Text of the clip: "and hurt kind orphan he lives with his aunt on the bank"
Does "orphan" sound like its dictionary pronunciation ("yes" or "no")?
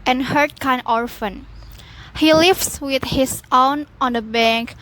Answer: yes